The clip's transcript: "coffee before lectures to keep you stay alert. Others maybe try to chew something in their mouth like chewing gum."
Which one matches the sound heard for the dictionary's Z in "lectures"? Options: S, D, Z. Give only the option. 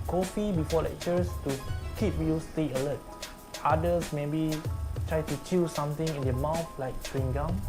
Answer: S